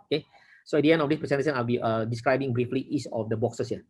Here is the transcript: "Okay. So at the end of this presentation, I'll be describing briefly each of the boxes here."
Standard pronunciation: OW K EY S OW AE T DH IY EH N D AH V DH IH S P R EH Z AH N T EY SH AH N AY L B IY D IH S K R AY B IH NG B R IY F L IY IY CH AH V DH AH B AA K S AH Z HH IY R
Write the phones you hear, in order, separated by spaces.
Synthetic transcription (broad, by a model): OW K EY S OW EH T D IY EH N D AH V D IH S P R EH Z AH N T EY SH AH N AY L B IY D IH S K R AY B IH NG B R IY F L IY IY S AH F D AH B AA K S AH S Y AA